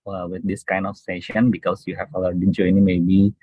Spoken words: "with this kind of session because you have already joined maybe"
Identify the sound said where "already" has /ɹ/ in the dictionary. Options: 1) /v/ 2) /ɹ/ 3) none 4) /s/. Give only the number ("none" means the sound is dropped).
3